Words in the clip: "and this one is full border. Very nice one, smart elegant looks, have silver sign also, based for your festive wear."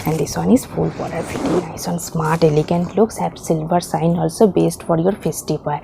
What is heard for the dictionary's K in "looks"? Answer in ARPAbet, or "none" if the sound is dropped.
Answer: K